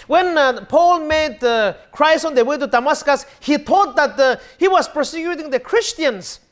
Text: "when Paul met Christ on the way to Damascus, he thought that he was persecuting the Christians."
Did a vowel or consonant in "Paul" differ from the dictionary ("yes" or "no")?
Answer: no